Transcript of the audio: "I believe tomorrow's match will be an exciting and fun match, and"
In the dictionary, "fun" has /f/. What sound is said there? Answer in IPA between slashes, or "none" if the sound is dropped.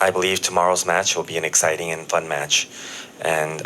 /f/